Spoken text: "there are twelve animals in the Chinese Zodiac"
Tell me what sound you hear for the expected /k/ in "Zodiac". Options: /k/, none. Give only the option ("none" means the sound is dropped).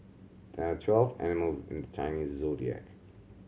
/k/